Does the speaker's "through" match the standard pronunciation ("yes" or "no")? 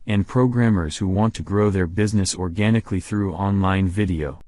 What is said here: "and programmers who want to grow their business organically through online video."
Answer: yes